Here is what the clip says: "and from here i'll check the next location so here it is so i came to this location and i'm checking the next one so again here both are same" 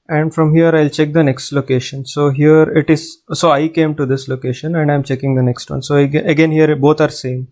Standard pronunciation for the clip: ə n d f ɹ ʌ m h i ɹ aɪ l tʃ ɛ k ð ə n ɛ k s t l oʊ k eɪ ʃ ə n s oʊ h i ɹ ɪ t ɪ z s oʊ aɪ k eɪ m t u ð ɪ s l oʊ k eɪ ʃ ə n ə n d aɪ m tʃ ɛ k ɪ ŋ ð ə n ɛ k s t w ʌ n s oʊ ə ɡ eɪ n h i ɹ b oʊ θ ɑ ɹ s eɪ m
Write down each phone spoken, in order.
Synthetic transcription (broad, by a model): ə n d f ɹ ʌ m h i ɹ aɪ l tʃ ɛ k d ə n ɛ k s t l oʊ k eɪ ʃ ə n s oʊ h i ɹ ɪ t ɪ z s oʊ aɪ k eɪ m t u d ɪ s l oʊ k eɪ ʃ ə n ə n d aɪ m tʃ ɛ k ɪ ŋ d ə n ɛ k s t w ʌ n s oʊ ə ɡ eɪ n h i ɹ b oʊ t ɑ ɹ s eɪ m